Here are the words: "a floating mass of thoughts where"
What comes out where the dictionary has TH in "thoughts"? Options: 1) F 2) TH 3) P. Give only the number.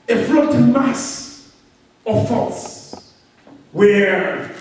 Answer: 1